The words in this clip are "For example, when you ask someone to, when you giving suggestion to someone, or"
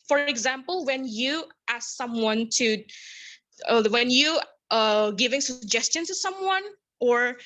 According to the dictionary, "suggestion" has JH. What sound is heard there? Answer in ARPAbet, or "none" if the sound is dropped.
JH